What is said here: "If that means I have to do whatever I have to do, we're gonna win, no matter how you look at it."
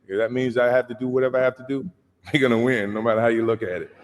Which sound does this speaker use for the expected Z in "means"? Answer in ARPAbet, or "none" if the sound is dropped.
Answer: Z